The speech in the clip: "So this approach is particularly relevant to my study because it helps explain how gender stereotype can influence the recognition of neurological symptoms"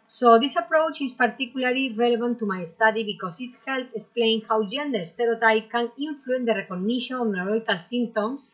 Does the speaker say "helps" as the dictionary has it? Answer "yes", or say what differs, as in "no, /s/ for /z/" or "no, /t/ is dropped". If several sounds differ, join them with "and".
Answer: no, /s/ is dropped